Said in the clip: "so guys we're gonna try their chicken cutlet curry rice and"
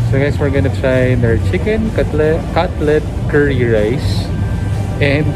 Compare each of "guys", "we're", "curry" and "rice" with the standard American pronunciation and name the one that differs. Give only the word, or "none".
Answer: guys